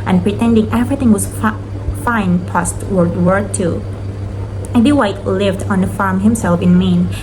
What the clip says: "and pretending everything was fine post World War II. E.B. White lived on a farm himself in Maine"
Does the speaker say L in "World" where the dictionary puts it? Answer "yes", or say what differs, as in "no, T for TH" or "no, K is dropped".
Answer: no, L is dropped